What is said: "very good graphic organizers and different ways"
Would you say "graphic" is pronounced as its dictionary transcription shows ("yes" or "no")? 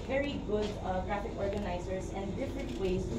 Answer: yes